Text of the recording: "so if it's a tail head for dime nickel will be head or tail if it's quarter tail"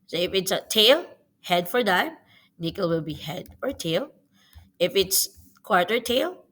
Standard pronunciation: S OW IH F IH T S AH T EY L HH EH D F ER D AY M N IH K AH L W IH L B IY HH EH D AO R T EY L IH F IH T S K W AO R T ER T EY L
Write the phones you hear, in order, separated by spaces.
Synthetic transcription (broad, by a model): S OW IH F IH T S AH T EY L HH EH D F ER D AY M N IH K AH L W IH L B IY HH EH D AO R T EY L IH F IH T S K W AO R T ER T EY L